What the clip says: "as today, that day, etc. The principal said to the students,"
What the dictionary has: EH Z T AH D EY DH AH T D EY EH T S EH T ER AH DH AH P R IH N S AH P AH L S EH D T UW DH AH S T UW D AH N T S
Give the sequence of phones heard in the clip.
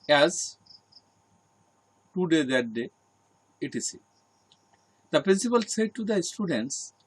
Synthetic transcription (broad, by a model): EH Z T AH D EY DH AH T D EY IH T IY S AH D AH P R IH N S AH P AH L S EH D T UW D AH S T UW D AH N T S